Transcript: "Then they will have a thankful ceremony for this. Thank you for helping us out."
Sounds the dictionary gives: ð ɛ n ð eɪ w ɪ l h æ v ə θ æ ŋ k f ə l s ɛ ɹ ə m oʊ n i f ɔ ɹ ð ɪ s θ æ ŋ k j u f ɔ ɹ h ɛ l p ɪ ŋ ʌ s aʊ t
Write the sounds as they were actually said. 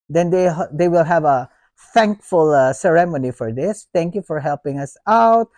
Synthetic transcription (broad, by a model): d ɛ n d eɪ w ɪ l h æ v ə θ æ ŋ k f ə l s ɛ ɹ ə m oʊ n i f ɔ ɹ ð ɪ s t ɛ ŋ k j u f ɔ ɹ h ɛ l p ɪ ŋ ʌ s aʊ t